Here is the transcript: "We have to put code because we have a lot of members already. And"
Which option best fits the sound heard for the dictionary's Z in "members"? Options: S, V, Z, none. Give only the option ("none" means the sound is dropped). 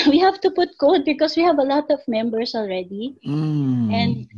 S